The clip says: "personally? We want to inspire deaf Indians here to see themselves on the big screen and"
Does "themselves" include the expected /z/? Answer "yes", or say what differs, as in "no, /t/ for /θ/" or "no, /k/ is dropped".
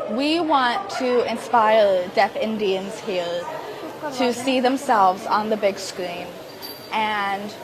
yes